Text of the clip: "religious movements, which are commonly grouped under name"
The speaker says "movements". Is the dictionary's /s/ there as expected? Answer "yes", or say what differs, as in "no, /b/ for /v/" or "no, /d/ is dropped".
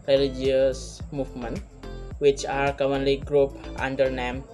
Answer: no, /s/ is dropped